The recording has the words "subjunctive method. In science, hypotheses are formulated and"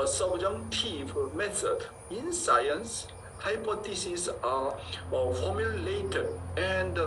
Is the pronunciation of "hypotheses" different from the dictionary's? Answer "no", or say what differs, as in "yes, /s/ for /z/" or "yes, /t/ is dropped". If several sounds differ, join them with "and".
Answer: yes, /t/ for /θ/ and /s/ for /z/